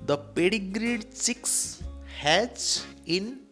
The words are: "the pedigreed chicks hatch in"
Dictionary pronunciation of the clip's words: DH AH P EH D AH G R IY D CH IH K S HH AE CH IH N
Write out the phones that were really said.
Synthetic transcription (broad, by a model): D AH P EH D AH G R IY D S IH K S HH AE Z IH N